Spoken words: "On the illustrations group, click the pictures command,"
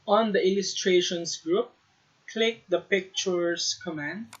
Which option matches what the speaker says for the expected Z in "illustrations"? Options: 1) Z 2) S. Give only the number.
2